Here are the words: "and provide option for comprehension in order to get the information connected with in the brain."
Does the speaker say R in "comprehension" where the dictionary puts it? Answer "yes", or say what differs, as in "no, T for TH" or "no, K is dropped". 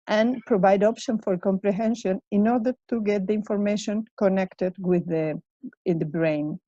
yes